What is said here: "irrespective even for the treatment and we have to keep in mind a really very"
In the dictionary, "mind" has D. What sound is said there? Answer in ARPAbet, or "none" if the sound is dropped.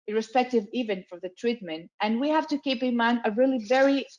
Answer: none